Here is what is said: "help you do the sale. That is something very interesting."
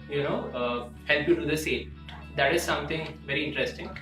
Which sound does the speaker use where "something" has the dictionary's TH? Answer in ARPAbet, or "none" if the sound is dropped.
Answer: T